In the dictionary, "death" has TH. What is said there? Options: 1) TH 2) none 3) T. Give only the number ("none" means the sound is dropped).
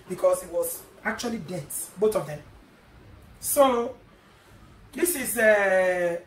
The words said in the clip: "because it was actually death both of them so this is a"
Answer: 3